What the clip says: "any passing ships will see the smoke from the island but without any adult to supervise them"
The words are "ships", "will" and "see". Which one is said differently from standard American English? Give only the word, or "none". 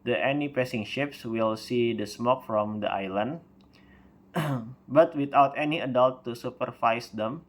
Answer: none